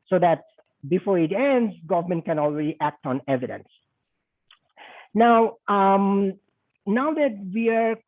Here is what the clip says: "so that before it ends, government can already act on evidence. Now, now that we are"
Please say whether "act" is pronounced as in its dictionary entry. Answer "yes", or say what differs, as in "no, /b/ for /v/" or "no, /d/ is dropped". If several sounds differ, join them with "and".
yes